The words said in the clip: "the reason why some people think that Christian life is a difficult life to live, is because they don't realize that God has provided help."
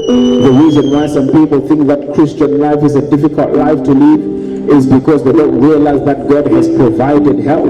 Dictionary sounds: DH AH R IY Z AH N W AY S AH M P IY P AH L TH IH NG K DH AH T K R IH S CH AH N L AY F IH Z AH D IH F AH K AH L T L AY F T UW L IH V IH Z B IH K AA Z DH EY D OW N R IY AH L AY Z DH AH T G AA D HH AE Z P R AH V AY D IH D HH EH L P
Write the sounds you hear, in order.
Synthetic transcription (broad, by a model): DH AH R IY Z AH N W AY S AH M P IY P AH L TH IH NG K DH AH T K R IH S CH AH N L AY F IH Z AH D IH F AH K AH L T L AY F T UW L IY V IH Z B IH K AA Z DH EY D OW N R IY AH L AY Z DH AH T G AA D HH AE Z P R AH V AY D IH D HH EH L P